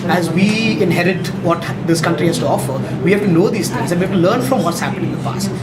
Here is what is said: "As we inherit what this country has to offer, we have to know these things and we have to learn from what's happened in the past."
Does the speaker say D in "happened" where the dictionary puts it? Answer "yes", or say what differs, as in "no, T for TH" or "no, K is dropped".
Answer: no, D is dropped